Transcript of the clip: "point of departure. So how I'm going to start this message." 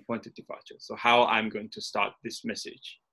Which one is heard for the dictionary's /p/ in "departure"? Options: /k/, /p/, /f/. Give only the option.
/f/